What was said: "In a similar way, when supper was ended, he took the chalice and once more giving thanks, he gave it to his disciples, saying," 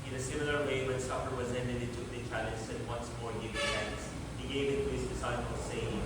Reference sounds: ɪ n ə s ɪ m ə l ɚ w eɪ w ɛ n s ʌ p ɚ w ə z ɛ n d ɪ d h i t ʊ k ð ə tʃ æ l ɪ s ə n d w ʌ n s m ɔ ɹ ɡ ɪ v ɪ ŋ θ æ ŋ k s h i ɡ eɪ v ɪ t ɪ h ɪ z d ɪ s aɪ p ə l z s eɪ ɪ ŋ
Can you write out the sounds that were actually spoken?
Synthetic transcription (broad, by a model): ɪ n ə s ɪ m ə l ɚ w eɪ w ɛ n s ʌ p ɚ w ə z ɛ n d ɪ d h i t ʊ k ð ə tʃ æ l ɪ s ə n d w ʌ n s m ɔ ɹ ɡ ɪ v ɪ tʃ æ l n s h i ɡ eɪ ɪ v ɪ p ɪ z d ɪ s aɪ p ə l s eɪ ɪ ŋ